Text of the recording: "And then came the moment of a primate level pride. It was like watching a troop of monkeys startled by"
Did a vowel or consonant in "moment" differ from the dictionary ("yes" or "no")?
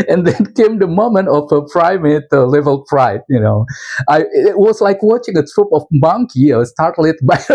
no